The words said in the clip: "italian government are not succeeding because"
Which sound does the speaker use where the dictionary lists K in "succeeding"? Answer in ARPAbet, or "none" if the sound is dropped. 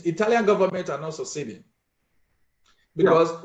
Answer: none